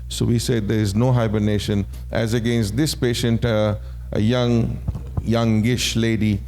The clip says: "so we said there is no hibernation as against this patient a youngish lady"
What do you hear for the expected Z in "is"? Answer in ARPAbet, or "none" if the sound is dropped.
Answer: Z